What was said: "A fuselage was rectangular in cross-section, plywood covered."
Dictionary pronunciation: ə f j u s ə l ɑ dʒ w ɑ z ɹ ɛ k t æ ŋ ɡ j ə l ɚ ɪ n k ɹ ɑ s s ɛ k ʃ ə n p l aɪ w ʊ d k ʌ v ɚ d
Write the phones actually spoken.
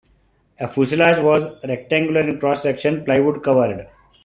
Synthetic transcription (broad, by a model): ə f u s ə l ɑ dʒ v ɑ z ɹ ɛ k t æ ŋ ɡ j ə l ɚ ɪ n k ɹ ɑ s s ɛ k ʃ ə n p l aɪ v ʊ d k ʌ v ɚ d